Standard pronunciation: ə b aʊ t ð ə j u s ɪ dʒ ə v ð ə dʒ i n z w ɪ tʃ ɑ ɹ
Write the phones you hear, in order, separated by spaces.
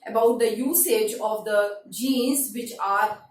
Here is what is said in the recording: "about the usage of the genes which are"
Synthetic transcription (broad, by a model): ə b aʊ t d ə j u s ɪ dʒ ə v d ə dʒ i n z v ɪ tʃ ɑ ɹ